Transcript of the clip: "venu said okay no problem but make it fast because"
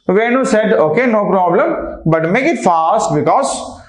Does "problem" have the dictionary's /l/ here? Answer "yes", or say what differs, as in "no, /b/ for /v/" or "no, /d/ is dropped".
yes